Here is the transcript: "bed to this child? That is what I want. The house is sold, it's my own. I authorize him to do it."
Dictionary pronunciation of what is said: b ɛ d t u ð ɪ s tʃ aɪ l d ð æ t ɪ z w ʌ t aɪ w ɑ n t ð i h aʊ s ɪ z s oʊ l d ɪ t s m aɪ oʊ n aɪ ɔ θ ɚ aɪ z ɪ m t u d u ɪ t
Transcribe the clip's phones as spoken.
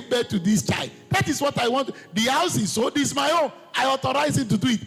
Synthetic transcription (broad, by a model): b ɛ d t u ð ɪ s tʃ aɪ l d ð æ t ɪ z w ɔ t aɪ w ɑ n t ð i h aʊ s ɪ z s oʊ d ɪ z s m aɪ oʊ n aɪ ɔ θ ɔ aɪ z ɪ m t u d u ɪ t